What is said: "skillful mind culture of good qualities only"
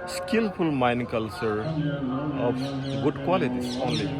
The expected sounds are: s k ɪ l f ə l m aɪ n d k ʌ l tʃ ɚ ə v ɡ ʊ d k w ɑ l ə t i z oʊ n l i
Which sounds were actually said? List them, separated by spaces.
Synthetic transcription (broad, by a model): s k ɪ l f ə l m aɪ n k ʌ l tʃ ɚ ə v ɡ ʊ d k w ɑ l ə t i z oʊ n l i